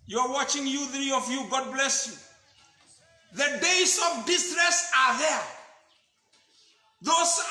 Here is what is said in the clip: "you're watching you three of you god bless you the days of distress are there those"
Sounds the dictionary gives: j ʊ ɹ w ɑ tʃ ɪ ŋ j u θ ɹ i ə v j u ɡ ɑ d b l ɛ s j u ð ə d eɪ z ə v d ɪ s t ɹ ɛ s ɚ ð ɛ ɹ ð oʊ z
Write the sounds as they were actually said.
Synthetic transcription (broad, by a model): j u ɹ w ɑ tʃ ɪ ŋ j u θ ɹ i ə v j u ɡ ɑ d b l ɛ s j u ð ə d eɪ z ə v d ɪ s t ɹ ɛ s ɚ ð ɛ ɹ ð oʊ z